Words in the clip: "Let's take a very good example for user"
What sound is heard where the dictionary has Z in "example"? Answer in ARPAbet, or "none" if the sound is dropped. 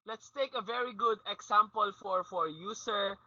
S